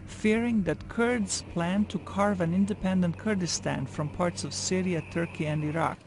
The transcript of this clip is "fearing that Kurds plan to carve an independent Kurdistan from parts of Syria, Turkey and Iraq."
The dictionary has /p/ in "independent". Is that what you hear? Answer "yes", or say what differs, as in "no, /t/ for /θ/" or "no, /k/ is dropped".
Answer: yes